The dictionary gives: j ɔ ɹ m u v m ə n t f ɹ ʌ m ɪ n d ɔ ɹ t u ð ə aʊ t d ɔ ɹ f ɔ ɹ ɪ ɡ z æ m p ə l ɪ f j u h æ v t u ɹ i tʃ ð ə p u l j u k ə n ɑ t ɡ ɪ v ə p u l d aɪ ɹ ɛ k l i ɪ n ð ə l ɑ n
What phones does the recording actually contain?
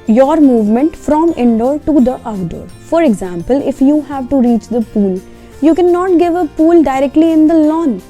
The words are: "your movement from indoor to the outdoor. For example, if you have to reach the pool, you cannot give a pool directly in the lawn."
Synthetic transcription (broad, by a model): j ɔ ɹ m u v m ə n t f ɹ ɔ m ɪ n d ɔ ɹ t u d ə t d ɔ ɹ f ɔ ɹ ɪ ɡ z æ m p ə l ɪ f j u h æ v t u ɹ i tʃ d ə p u l j u k ə n ɑ t ɡ ɪ v ə p u l d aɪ ɹ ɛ k l i ɪ n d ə l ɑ n